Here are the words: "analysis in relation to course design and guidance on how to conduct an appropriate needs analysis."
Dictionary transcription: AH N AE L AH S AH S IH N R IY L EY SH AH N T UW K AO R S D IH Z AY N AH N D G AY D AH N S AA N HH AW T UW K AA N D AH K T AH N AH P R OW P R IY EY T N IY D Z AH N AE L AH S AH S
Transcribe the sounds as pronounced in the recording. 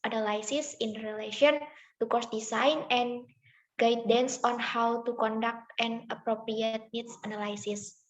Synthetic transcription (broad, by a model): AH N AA L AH S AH S IH N R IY L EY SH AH N T UW K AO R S D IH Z AY N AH N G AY D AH N S AA N HH AW T UW K AA N D AH K T AH N AH P R OW P R IY EY T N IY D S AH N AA L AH S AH S